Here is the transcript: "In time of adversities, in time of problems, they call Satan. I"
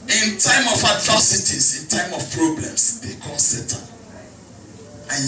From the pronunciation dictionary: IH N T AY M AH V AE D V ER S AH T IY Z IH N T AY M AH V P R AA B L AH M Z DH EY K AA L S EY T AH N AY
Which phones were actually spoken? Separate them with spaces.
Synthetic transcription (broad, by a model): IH N T AY M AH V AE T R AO S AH T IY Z IH N T AY M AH F P R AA B L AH M S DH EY K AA N S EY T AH AY